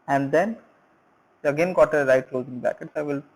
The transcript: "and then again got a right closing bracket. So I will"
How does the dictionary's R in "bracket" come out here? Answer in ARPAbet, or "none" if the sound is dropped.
none